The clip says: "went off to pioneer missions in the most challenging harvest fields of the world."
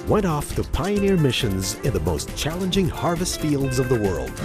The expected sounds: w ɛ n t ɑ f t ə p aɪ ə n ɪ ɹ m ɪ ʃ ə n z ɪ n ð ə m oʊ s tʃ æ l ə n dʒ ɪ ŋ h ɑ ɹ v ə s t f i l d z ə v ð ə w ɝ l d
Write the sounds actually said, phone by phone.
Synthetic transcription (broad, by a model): w ɛ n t ɑ f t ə p aɪ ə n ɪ ɹ m ɪ ʃ ə n z ɪ n ð ə m oʊ s tʃ æ l ə n dʒ ɪ ŋ h ɑ ɹ v ə s t f i l d z ə v ð ə w ɝ l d